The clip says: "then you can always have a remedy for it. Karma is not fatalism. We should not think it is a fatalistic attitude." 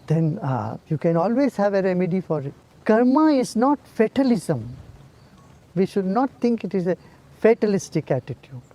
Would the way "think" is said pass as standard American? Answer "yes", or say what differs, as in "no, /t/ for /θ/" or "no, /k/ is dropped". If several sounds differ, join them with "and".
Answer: no, /t/ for /θ/